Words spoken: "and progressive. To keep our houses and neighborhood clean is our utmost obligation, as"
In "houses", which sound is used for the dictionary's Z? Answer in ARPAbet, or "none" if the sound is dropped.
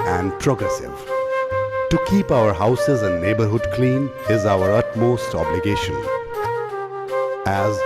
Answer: Z